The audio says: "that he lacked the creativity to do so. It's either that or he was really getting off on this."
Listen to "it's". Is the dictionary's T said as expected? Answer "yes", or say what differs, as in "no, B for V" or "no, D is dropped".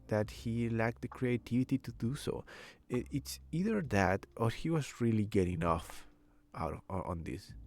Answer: yes